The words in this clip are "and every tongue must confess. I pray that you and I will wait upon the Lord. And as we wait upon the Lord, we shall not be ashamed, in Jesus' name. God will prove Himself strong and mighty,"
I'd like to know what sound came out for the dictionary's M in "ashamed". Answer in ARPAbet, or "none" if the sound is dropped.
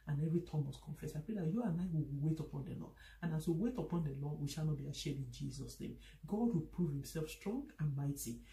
none